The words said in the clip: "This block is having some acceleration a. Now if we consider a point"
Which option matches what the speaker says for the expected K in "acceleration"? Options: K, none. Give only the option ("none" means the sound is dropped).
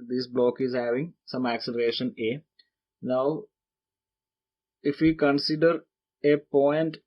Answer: K